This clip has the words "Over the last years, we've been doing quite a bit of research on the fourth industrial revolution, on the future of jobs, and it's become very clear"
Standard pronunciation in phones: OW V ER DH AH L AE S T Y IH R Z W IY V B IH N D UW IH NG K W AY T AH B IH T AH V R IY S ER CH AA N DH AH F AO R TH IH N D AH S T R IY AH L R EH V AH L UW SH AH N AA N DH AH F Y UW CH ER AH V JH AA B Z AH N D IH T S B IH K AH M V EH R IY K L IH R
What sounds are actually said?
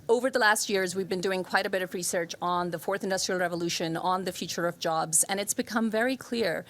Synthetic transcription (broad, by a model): OW V ER DH AH L AE S T Y IH R Z W IY V B IH N D UW IH NG K W AY T AH B IH T AH V R IY S ER CH N DH AH F AO R TH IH N D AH S T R IY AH L R EH V AH L UW SH AH N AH N DH AH F Y UW CH ER AH V JH AA B Z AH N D IH T S B IH K AH M V EH R IY K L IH R